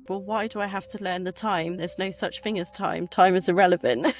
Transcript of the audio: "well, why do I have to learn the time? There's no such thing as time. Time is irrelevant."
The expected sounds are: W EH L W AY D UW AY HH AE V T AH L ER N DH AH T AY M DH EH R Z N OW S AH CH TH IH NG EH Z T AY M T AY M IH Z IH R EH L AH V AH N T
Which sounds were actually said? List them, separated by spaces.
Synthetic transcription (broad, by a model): W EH L W AY D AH AY HH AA F T AH L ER N DH AH T AY M DH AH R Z N OW S AH CH TH IH NG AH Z T AY M T AY M IH Z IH R EH L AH V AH N T